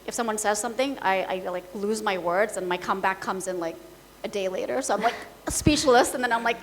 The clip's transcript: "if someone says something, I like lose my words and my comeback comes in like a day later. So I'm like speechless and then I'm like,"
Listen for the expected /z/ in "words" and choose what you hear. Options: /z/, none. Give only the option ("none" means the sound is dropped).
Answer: /z/